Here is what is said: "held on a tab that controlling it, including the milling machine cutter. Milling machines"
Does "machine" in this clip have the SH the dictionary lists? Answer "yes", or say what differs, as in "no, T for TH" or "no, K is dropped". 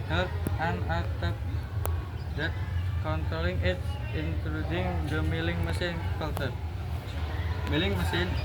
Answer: no, S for SH